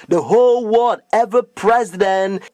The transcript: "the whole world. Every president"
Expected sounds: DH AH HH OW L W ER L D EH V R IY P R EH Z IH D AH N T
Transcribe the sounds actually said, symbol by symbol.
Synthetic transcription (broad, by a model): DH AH HH OW L W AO D EH V IY P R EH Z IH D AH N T